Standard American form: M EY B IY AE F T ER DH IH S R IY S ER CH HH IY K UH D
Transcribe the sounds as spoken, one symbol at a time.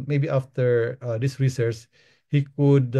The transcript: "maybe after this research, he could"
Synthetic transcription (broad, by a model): M EY B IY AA F T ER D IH S R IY S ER S HH IY K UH D